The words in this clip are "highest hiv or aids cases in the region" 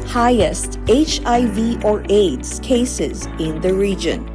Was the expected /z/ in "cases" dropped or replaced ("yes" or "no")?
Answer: no